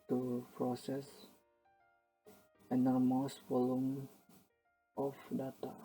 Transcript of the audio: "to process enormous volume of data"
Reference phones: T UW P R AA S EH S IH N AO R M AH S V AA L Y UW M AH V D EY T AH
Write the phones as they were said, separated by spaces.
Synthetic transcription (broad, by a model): T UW P R AA S EH S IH N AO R M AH S F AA L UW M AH F D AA T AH